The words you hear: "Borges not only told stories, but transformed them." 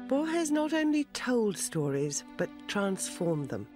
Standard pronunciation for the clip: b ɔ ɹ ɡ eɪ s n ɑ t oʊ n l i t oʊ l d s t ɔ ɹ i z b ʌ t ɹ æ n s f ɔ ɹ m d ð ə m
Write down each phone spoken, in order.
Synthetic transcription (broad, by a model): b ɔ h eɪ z n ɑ t oʊ n l i t oʊ l d s t ɔ ɹ i z b ʌ t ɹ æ n s f ɔ ɹ m ð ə m